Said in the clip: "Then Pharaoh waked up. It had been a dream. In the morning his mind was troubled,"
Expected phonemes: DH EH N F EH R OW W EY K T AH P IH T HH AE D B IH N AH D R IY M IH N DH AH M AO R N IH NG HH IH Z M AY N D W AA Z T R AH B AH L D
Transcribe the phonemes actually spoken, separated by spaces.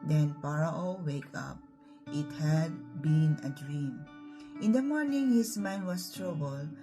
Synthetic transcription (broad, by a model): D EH N P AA R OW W EY K AH P IH T HH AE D B IH N AH D R IY M IH N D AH M AO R N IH NG HH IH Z M AY N D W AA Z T R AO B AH L